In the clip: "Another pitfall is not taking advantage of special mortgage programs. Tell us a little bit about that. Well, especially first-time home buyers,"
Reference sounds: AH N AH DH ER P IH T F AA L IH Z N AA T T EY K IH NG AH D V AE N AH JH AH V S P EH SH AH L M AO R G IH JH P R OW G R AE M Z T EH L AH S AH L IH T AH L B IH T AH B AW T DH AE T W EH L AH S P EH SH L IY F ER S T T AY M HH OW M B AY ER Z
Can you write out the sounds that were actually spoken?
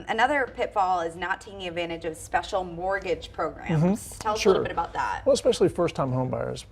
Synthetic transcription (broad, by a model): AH N AH DH ER P IH T F AA L IH Z N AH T T EY K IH NG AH D V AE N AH JH AH V S P EH SH L M AO R G IH JH P R OW G R AE M Z T EH L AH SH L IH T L B IH T AH B AW T DH AE T W EH L AH S P EH SH L IY F ER S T T AY M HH OW M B AY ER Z